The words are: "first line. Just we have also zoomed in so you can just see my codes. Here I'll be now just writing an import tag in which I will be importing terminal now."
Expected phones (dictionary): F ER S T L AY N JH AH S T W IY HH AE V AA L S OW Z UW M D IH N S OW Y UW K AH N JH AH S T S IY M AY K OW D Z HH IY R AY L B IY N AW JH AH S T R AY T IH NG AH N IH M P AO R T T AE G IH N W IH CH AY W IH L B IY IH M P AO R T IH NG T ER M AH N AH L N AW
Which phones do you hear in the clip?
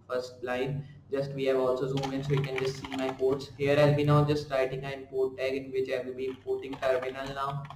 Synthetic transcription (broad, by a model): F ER S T L AY N JH AH S T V IY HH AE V AA L S OW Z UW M IH N S OW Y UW K AH N JH AH S T S IY M AY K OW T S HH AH R AY L B IY N AW JH AH S T R AY T IH NG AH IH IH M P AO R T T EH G IH N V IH CH AY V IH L B IY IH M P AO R T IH NG T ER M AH N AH L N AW